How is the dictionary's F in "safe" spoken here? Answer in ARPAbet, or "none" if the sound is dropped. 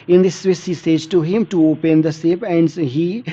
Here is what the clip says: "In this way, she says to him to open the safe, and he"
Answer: P